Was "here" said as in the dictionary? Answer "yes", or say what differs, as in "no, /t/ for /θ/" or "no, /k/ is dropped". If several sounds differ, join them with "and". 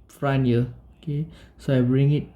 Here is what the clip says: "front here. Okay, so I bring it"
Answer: no, /l/ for /ɹ/